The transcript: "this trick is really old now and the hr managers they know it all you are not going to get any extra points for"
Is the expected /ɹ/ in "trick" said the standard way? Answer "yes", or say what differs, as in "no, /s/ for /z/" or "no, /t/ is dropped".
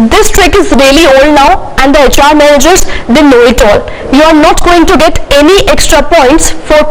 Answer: yes